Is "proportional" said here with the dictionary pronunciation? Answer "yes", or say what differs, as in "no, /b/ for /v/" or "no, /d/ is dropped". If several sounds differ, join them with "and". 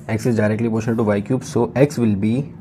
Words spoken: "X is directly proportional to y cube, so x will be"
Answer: no, /n/ is dropped and /n/ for /l/